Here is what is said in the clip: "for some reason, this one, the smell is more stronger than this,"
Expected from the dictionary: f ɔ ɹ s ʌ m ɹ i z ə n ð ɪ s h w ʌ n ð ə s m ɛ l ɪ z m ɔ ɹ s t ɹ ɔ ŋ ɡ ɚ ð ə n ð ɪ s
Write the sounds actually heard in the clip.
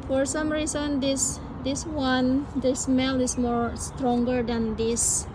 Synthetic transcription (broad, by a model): f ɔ ɹ s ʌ m ɹ i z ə n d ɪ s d w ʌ n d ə s m ɛ l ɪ s m ɔ ɹ s t ɹ ɔ ŋ ɡ ɚ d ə n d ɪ s